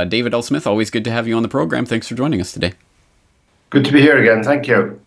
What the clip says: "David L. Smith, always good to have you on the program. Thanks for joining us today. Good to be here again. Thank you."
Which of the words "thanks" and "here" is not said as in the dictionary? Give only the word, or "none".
none